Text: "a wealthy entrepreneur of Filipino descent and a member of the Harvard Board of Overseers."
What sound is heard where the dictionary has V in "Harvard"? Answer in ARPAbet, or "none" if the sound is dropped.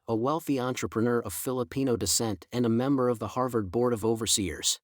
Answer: V